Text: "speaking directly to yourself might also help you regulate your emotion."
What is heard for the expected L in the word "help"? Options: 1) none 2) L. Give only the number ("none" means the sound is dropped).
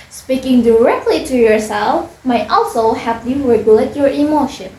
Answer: 1